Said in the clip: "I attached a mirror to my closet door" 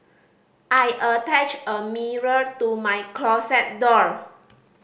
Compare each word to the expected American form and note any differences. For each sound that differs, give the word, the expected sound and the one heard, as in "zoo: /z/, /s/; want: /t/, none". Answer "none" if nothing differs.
attached: /t/, none; closet: /z/, /s/